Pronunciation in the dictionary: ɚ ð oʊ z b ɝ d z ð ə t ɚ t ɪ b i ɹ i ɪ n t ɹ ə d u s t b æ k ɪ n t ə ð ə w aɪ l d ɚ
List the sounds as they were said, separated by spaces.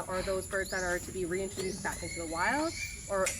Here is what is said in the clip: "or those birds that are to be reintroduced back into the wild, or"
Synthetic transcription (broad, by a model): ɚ ð oʊ z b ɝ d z ð ə t ɚ t ɪ b i ɹ i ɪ n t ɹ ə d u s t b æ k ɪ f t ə ð ə w aɪ l d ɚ